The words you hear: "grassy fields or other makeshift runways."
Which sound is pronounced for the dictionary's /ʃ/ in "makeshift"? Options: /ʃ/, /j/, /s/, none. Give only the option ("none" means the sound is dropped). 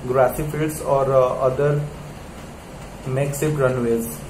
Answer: /s/